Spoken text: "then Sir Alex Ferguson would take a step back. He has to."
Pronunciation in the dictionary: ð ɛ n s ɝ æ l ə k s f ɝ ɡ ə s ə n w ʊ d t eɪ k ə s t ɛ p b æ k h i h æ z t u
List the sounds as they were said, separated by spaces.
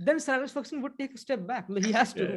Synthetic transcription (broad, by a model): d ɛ n s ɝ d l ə s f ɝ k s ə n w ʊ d t eɪ k ə s t ɛ p b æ k h i h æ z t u